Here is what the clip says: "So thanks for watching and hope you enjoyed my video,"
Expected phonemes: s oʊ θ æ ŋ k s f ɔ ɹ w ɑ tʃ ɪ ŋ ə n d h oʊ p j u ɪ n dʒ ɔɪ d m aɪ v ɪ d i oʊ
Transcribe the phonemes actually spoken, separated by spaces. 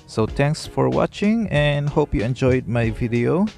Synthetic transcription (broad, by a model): s oʊ t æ ŋ k s f ɔ ɹ w ɑ tʃ ɪ ŋ ə n d h oʊ p j u ɪ n dʒ ɔɪ d m aɪ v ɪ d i oʊ